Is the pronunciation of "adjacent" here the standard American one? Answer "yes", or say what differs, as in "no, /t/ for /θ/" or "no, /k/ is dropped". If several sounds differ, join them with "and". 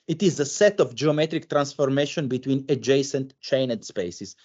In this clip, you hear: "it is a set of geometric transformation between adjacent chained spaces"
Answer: yes